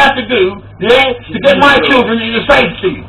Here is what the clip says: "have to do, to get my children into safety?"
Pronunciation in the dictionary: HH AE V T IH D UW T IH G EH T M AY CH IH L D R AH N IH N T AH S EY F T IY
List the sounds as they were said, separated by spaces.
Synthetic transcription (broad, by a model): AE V T IH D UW T IH G EH T M AY CH IH L D R AH N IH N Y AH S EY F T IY